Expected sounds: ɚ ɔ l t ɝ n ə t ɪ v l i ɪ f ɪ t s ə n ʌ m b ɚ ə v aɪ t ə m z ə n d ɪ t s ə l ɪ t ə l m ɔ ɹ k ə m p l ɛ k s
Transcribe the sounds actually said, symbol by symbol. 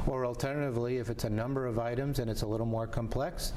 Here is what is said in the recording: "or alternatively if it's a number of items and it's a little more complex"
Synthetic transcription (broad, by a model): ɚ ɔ l t ɝ n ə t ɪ v l i ɪ f ɪ t s ə n ʌ m b ɚ ə v aɪ t ə m z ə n ɪ t s ə l ɪ t l m ɔ ɹ k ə m p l ɛ k s